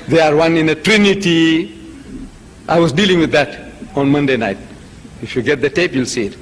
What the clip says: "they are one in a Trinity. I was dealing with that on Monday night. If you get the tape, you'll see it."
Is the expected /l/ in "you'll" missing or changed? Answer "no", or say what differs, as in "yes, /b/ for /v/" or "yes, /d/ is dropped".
no